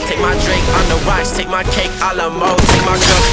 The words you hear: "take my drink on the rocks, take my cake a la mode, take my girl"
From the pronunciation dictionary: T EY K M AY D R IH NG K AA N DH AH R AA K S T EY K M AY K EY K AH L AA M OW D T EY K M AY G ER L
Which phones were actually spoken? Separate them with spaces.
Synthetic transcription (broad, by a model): T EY K M AY D R IH NG K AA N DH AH W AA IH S T EY K M AY K EY K AH L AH M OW T EY K M AY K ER